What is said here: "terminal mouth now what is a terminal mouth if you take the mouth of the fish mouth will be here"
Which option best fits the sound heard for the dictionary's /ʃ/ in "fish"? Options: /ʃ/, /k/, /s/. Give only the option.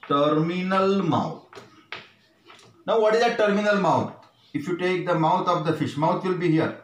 /ʃ/